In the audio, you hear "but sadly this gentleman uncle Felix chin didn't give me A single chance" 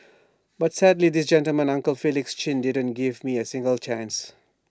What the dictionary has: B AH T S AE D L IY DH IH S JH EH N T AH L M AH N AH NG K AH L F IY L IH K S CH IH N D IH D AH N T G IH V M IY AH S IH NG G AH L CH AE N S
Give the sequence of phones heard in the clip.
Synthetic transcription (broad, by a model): B AH T S AE D L IY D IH S JH EH N T AH L M AH N AH NG K AH L F IY L IH K S CH IH N D IH D AH N T G IH V M IY AH S IH NG G AH L CH AE N S